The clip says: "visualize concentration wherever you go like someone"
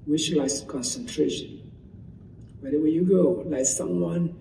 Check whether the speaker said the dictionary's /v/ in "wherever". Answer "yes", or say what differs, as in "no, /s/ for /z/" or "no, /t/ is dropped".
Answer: no, /w/ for /v/